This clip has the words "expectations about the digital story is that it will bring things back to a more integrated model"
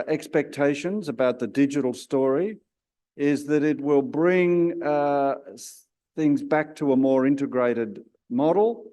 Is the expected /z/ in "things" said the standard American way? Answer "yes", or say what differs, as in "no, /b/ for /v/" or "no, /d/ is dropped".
yes